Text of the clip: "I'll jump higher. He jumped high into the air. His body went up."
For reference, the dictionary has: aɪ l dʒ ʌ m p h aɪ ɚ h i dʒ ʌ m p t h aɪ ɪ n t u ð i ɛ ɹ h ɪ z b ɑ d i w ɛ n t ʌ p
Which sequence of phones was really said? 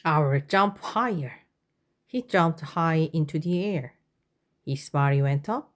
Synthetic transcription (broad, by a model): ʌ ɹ dʒ ʌ m p h aɪ ɚ h i dʒ ʌ m p t h aɪ ɪ n t u ð i ɛ ɹ h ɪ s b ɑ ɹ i w ɛ n t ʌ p